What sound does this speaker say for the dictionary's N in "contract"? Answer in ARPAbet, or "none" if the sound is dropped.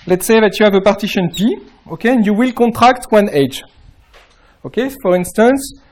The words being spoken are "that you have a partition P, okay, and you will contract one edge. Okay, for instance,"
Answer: none